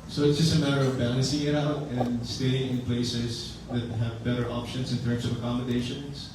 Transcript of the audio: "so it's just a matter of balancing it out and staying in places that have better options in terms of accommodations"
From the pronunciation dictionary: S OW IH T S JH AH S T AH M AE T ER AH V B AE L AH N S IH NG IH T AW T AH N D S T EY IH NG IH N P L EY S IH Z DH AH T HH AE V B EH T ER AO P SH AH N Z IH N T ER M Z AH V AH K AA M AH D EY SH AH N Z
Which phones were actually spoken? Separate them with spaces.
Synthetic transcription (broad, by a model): S OW IH T S JH AH S T AH M AE T ER AH V B AE L AH N S IH NG IH T AW T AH N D S T EY IH NG IH N P L EY S IH Z DH AH T HH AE V B EH T ER AO P SH AH N Z IH N T ER M Z AH V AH K AA M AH D EY SH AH N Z